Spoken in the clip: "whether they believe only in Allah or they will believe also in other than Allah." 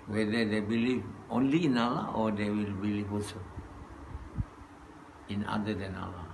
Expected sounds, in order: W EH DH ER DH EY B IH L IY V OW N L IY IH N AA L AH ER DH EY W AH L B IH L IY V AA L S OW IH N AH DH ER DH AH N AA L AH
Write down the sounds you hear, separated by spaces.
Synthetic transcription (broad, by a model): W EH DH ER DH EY B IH L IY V OW N L IY IH N AA L AH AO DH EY W AH L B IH L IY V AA S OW IH N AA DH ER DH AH N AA L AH